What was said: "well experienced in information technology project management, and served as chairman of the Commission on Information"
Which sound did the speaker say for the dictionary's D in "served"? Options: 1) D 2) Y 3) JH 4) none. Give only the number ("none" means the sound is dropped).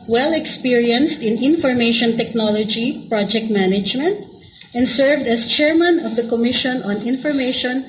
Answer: 1